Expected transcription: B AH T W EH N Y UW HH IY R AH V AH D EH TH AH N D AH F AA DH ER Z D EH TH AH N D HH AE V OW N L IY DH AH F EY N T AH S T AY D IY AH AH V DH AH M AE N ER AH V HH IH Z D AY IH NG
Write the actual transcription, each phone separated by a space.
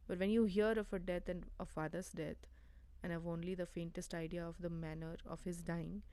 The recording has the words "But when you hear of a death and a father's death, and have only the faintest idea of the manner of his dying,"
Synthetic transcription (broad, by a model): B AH T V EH N Y UW HH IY R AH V AH D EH T AH N D AH F AA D ER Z D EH T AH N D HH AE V OW N L IY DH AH F EY N T AH S T AY D IY AH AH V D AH M AE N ER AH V HH IH Z D AY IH NG